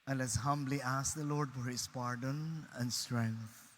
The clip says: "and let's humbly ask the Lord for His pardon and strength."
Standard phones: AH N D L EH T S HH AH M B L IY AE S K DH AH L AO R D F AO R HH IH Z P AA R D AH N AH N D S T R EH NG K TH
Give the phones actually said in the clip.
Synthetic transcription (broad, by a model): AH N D L EH T S HH AH M B L IY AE S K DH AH L AO R D F AO R HH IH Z P AA R D AH N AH N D S T R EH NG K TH